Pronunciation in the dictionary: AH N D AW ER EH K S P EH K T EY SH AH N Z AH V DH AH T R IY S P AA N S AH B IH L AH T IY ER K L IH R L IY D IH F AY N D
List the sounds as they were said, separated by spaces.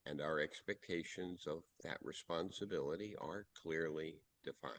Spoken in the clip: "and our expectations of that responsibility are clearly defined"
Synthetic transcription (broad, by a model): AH N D AW ER EH K S P EH K T EY SH AH N Z AH V DH AH T R IY S P AA N S AH B IH L AH T IY ER K L IH R L IY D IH F AY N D